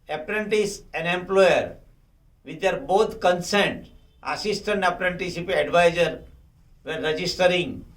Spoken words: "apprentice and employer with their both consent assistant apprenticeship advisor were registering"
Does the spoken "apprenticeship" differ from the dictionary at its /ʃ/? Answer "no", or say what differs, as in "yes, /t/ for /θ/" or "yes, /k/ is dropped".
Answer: yes, /ʃ/ is dropped